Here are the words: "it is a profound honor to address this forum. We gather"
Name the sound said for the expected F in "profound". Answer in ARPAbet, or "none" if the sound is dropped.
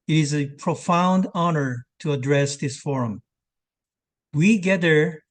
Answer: F